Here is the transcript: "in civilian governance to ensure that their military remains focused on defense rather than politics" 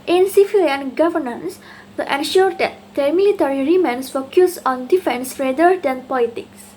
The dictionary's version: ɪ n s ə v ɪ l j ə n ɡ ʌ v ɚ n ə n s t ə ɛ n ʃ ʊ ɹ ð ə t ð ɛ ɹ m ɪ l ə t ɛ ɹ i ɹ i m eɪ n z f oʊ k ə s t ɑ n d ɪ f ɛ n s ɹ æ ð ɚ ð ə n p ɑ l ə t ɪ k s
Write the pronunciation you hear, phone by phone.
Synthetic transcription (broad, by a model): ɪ n s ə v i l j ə n ɡ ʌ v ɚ n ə n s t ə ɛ n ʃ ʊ ɹ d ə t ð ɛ m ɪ l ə t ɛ ɹ i ɹ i m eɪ n s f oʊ k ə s ɑ n d ɪ f ɛ n s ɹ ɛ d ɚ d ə n p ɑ l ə t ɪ k s